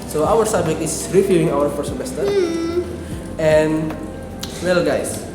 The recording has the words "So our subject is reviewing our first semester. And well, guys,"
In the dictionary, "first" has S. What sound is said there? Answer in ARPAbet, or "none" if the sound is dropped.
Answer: none